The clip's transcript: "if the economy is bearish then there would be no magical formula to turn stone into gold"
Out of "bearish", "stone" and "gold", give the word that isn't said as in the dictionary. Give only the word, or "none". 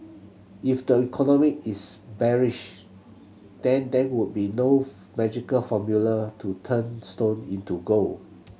gold